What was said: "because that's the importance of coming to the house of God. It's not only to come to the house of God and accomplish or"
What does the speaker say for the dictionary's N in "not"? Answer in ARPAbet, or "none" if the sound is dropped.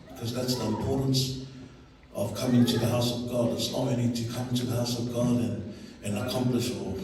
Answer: L